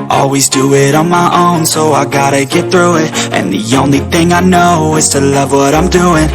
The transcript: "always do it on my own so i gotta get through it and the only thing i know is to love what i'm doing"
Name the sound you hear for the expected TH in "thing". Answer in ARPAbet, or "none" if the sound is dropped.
TH